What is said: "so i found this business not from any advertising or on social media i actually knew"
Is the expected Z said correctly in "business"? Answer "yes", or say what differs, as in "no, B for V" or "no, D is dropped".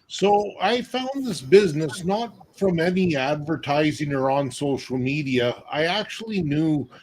yes